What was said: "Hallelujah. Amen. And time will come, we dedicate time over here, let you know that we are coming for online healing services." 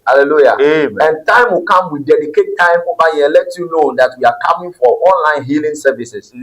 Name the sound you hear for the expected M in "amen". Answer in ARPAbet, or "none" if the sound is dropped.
none